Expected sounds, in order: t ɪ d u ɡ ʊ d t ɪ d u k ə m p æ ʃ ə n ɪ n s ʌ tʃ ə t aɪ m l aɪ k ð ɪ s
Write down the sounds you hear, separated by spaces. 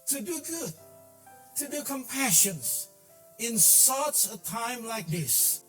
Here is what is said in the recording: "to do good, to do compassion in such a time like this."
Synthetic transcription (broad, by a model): t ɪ d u ɡ ʊ d t ɪ d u k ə m p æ ʃ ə n ɪ n s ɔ s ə t aɪ m l aɪ k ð ɪ s